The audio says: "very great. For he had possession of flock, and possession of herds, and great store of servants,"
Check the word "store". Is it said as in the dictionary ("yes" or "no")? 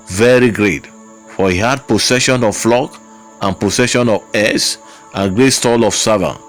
no